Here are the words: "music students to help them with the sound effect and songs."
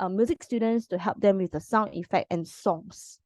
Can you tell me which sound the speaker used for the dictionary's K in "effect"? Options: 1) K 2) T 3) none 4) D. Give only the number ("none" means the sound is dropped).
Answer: 1